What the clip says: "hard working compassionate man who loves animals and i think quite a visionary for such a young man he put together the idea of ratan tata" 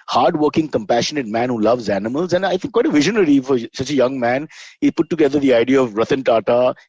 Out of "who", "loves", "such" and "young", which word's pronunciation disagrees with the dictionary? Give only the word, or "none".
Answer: none